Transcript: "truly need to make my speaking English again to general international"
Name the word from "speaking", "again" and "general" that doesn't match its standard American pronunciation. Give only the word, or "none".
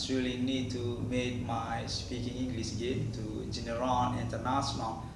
general